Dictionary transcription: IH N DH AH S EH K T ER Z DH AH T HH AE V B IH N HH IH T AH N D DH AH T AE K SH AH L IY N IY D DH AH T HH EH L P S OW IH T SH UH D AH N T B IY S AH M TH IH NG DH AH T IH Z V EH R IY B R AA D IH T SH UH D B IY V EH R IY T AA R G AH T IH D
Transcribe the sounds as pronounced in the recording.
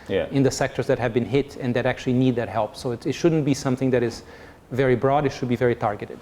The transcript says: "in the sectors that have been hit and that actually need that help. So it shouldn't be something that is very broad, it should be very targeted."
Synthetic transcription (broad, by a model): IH N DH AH S EH K T ER Z DH AH T HH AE V B IH N HH IH T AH N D DH AH T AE K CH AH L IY N IY D DH AH T HH EH L P S OW IH T SH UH D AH N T B IY S AH M TH IH NG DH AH T IH Z V EH R IY B R AA D IH T SH UH D B IY V EH R IY T AA R G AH T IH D